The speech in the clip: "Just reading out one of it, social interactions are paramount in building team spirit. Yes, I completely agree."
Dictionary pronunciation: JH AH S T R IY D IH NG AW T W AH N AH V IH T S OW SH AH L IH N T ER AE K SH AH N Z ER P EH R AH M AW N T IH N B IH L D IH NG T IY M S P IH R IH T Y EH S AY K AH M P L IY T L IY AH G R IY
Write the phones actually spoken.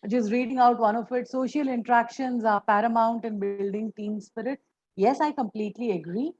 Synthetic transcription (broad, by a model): JH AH S T R IY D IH NG AW T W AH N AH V IH T S OW SH AH L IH N T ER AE K SH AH N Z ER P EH R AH M AW N T IH N B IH L D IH NG T IY M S F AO R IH T Y EH S AY K AH M P L IY T L IY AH G R IY